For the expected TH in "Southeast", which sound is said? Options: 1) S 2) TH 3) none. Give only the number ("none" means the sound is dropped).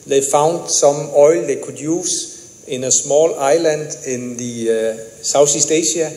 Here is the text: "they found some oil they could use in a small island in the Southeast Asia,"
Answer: 1